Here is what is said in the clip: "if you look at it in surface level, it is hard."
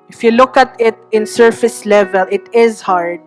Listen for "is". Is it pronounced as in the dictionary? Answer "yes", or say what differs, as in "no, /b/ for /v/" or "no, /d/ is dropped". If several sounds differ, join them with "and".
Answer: yes